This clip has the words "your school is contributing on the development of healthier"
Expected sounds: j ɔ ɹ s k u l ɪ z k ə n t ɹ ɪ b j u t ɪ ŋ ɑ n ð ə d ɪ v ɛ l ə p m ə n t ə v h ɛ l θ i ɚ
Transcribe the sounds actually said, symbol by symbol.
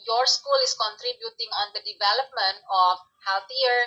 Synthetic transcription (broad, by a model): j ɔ ɹ s k u l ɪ s k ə n t ɹ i b j u t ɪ ŋ ɑ n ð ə d ɪ v ɛ l ə p m ə n t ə f h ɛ l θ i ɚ